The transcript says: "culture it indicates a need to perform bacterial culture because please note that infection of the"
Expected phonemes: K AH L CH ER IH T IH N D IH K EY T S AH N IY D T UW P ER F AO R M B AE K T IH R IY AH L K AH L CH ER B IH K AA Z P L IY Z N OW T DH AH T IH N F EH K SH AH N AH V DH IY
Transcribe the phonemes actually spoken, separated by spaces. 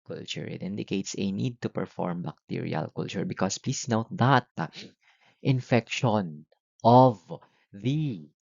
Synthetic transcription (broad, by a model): K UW L CH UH IH T IH N D IH K EY T S AH N IY D T UW P ER F AO R M B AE K T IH R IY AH L K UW L CH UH B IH K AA S P L IY S N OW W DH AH T IH N F EH K SH AH N AH V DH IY